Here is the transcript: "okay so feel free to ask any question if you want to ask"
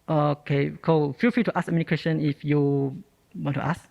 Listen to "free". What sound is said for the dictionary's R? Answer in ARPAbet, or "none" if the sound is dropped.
none